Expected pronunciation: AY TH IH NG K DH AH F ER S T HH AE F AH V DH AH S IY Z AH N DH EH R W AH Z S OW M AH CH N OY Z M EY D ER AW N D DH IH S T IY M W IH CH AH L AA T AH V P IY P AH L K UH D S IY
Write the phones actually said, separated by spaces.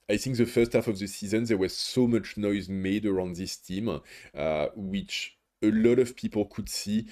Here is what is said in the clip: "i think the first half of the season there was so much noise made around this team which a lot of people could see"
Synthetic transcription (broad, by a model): AY TH IH NG K DH AH F ER S T HH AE F AH V DH AH S IY Z AH N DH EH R W AH Z S OW M AH CH N OY Z M EY D ER AW N D DH IH S T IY M W IH CH AH L AA T AH V P IY P AH L K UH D S IY